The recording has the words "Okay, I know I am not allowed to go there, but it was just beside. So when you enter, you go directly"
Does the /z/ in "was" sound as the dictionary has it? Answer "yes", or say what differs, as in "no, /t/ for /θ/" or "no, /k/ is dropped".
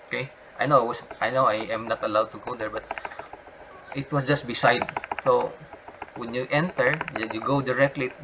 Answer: no, /s/ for /z/